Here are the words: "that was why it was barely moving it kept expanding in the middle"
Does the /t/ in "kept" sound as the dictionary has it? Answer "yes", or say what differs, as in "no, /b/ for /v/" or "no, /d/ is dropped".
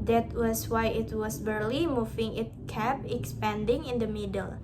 no, /t/ is dropped